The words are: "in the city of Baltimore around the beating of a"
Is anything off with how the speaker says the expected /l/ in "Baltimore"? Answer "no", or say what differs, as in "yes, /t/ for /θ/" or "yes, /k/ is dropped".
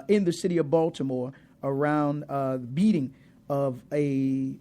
no